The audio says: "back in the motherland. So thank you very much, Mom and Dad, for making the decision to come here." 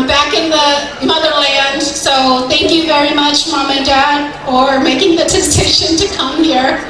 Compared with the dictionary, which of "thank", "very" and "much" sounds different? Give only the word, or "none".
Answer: none